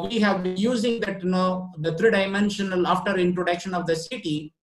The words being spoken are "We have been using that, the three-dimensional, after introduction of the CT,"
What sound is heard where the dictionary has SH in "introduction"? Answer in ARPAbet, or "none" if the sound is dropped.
SH